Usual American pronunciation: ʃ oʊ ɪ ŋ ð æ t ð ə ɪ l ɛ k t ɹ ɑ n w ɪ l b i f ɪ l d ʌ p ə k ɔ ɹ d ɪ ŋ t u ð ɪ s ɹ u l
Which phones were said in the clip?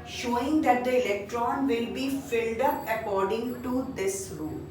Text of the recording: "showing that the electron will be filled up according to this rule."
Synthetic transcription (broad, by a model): ʃ oʊ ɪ ŋ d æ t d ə ɪ l ɛ k t ɹ ɑ n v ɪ l b i f ɪ l d ʌ p ə k ɔ ɹ d ɪ ŋ t u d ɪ s ɹ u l